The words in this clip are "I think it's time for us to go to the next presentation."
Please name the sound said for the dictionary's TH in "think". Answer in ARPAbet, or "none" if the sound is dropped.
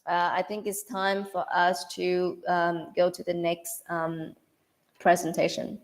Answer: TH